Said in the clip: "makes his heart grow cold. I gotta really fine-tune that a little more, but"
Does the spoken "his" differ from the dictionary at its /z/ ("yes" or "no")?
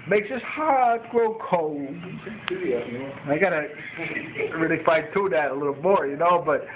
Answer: yes